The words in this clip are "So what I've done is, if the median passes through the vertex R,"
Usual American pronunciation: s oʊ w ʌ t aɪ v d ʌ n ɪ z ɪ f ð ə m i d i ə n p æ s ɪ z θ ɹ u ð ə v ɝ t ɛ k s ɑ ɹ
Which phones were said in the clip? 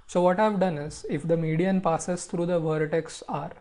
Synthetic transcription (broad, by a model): s oʊ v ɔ t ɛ v d ʌ n ɪ z ɪ f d ə m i d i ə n p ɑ s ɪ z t ɹ u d ə v ɝ t ɛ k s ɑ ɹ